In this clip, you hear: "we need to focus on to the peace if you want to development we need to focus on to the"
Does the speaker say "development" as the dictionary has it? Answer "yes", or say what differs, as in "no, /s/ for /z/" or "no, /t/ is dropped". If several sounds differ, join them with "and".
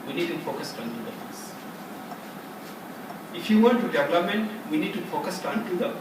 no, /p/ is dropped